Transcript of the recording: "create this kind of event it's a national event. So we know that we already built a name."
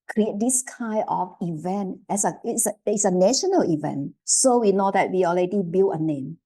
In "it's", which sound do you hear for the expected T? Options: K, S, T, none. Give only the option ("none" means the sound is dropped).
S